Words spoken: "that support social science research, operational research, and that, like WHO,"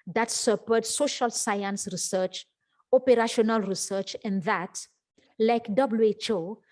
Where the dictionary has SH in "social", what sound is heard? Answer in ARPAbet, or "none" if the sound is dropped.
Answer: SH